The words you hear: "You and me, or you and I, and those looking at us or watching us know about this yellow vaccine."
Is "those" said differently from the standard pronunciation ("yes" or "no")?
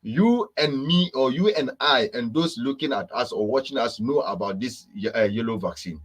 yes